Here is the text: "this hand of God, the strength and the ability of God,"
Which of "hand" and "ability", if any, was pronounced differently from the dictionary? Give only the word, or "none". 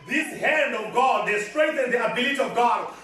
none